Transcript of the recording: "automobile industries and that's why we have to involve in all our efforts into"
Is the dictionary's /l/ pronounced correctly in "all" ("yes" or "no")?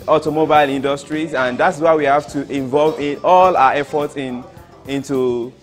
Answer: yes